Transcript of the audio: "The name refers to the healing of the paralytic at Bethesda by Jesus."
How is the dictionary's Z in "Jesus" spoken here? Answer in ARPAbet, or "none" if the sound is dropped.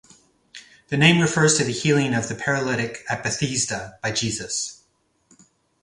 Z